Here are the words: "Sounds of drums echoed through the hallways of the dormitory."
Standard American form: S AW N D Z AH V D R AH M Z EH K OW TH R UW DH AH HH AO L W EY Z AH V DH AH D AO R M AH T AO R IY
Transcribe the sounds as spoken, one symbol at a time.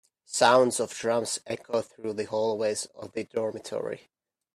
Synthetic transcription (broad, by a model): S AW N D Z AH V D R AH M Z EH K OW TH R UW DH AH HH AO L W EY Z AH V DH AH D AO R M AH T AO R IY